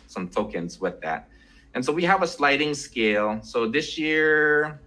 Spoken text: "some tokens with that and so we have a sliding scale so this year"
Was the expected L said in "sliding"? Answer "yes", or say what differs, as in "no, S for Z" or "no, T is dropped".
yes